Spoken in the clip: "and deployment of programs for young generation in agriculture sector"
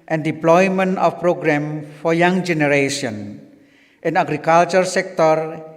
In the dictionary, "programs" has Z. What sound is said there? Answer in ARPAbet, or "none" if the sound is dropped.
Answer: none